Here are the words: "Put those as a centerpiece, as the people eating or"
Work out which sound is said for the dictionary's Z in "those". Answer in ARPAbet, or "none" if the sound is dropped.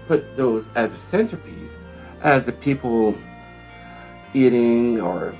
Z